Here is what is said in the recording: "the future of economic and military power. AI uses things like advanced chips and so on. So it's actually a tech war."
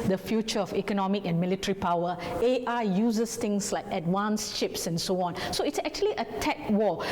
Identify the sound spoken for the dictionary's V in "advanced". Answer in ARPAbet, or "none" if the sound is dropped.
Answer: W